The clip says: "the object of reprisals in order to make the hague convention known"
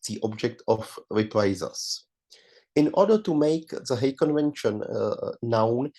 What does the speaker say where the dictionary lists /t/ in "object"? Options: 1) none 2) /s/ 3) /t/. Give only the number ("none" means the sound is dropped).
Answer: 3